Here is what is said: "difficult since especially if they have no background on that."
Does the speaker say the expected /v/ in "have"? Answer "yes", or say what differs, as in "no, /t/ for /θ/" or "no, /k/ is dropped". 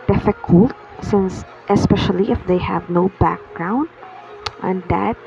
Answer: yes